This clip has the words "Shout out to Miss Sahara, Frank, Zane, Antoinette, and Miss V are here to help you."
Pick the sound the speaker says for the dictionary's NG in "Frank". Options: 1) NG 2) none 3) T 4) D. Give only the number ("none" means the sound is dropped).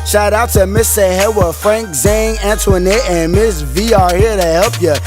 1